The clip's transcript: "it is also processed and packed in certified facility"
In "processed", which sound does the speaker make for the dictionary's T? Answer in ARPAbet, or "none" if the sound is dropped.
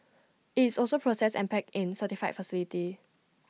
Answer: none